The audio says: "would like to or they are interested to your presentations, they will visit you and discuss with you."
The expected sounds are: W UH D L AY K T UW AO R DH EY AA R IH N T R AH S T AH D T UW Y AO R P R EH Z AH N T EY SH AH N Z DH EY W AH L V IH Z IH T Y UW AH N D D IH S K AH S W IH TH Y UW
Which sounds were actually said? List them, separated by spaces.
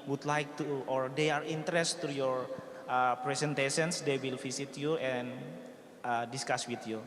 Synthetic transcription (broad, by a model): W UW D L AY K T UW AO R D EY AA R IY N T AH T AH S T UW Y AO R P R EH S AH N T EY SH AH N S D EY W AH L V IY S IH T Y UW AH N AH D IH S K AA S W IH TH Y UW